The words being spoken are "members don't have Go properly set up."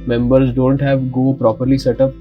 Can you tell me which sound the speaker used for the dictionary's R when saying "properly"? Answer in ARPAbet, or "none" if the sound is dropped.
R